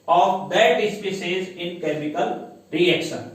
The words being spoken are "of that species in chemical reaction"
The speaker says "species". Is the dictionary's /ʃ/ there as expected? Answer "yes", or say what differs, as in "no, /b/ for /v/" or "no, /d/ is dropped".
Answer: no, /s/ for /ʃ/